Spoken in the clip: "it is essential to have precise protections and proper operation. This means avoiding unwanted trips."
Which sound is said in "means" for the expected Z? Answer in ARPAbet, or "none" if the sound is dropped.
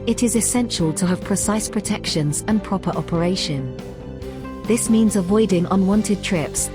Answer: Z